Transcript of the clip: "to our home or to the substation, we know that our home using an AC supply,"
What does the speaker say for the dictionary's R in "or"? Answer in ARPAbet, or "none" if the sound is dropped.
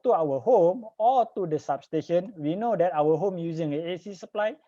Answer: L